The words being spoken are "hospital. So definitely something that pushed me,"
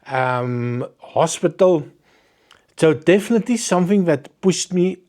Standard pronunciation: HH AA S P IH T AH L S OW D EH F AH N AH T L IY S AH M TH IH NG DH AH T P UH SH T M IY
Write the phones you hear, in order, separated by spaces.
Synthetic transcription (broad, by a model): HH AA S P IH T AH L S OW D EH F AH N AH T L IY S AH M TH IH NG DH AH T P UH S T M IY